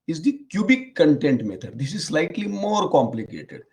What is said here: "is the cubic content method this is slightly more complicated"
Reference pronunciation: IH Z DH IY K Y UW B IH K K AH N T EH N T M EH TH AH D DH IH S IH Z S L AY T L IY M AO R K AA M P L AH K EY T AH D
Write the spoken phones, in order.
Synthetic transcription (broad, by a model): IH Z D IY K Y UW B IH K K AH N T EH N T M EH T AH D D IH S IH Z S L AY T L IY M AO R K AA M P L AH K EY T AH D